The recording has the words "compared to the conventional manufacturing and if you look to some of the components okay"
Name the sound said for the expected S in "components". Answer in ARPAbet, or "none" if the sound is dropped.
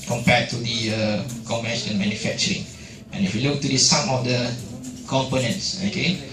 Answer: S